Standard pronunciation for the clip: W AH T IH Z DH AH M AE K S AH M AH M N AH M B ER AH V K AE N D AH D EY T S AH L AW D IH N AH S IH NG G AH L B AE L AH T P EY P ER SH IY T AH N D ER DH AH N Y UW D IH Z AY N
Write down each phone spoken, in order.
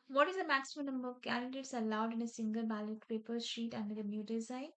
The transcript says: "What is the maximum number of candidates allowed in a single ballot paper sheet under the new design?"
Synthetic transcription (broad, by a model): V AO T IH Z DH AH M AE K S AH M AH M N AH M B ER AH V K AE N D AH D EY T S AH L AW D IH N AH S IH NG G AH L B AE L AH T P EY P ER SH IY T AH N D ER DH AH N Y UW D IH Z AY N